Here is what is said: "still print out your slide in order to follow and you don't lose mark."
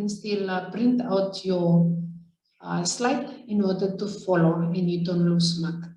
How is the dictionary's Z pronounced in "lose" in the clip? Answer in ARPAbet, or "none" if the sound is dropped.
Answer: S